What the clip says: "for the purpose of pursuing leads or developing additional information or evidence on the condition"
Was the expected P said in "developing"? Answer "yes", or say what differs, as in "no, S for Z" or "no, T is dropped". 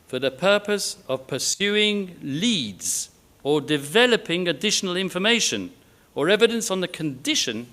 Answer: yes